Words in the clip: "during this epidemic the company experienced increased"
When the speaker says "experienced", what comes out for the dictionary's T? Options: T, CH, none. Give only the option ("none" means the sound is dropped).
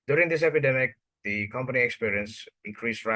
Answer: none